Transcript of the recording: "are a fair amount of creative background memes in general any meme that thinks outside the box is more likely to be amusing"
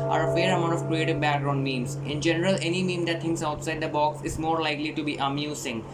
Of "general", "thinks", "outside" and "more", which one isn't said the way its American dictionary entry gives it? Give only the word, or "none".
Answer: thinks